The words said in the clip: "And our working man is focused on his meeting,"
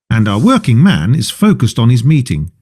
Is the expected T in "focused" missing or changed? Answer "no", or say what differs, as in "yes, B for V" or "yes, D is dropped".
no